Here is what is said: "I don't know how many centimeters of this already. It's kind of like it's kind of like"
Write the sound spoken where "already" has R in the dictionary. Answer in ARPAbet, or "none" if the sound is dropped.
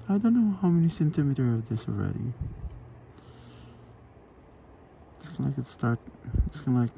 R